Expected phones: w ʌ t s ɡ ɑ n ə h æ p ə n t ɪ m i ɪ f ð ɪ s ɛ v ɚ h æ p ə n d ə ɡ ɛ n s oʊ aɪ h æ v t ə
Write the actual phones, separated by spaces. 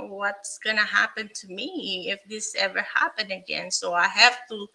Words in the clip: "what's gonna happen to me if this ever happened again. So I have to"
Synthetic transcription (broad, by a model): w ʌ t s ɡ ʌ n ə h æ p ə n t ɪ m i ɪ f ð ɪ s ɛ v ɚ h æ p ə n d ə ɡ ɛ n s oʊ aɪ h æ f t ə